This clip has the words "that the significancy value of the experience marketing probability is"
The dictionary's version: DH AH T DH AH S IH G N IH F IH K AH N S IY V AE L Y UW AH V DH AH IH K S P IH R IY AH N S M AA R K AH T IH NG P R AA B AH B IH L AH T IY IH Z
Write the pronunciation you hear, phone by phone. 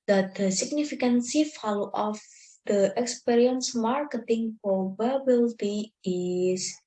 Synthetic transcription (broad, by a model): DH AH T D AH S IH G N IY F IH K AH N S IY F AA L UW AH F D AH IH K S P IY R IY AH N S M AA R K AH T IH NG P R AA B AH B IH L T IY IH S